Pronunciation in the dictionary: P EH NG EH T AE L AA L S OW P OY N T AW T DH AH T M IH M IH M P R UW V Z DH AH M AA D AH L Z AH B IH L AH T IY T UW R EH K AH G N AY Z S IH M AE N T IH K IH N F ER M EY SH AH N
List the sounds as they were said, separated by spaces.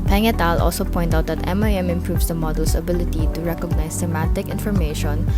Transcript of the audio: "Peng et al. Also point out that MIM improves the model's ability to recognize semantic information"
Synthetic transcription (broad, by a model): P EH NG EH T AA L AA L S OW P OY N T AW T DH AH T M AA M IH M P R UW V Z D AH M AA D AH L S AH B IH L AH T IY T UW R EH K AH G N AY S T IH M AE T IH K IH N F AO M EY SH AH N